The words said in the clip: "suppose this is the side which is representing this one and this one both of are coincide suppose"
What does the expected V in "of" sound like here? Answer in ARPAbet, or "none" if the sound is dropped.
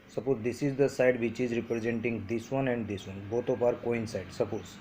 P